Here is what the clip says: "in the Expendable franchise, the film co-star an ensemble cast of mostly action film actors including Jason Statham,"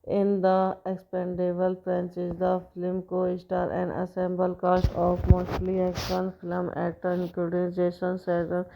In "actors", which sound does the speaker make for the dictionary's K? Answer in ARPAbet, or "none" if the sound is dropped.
none